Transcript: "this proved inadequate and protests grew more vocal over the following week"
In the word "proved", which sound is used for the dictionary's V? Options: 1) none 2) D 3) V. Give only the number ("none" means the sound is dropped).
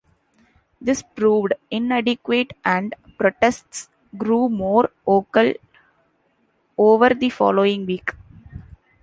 3